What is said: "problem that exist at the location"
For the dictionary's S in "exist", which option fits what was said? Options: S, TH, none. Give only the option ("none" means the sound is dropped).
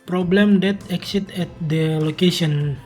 none